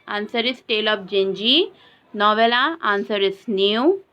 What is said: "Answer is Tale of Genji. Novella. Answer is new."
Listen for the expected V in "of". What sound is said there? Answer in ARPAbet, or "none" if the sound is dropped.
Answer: P